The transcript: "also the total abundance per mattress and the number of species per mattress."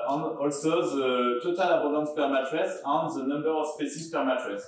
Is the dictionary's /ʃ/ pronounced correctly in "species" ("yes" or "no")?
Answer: no